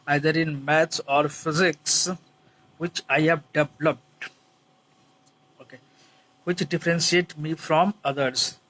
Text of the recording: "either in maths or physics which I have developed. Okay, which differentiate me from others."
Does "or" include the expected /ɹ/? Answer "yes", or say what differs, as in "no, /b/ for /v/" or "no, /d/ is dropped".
yes